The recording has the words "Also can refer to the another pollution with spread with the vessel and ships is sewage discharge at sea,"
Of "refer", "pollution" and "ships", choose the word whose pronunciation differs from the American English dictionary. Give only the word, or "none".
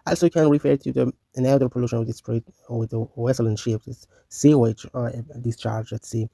ships